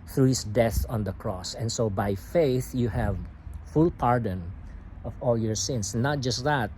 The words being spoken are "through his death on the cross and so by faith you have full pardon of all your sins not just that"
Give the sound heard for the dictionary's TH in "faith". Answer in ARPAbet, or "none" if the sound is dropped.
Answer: TH